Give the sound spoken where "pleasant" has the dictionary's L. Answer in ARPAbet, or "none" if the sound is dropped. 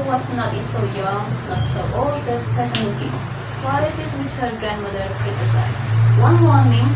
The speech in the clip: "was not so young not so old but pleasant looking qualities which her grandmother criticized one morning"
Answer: none